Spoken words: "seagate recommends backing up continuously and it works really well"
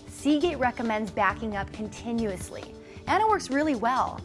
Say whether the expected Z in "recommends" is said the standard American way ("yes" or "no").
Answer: yes